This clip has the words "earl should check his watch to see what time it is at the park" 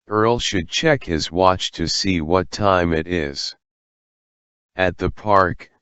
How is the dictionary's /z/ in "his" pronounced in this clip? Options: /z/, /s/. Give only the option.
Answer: /z/